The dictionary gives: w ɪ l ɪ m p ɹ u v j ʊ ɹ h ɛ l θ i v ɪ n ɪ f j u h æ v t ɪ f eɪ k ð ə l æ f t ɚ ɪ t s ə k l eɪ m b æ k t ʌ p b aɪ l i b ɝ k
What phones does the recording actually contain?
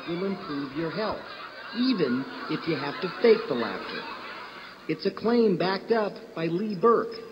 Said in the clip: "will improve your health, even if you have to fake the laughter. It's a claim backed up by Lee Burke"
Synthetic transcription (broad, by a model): w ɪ l ɪ m p ɹ u v j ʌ ɹ h ɛ l θ i v ɪ n ɪ f j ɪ h æ f t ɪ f eɪ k ð ə l æ f t ɚ ɪ t s ə k l eɪ m b æ k t ʌ p b aɪ l i b ɝ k